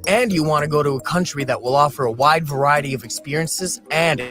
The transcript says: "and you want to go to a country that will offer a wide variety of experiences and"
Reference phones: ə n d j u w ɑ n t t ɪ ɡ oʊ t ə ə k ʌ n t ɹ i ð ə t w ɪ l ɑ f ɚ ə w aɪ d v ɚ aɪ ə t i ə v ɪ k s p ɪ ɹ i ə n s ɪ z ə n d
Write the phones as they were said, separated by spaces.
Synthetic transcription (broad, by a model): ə n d j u w ɑ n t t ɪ ɡ oʊ t ə ə k ʌ n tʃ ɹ i ð ə t w ɪ l ɑ f ɚ ə w aɪ d v ɚ aɪ ə t i ə v ɪ k s p ɪ ɹ i ə n s ɪ z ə n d